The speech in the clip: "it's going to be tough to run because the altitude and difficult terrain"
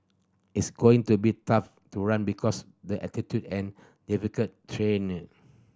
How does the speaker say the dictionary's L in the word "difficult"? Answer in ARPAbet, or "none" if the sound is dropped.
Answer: none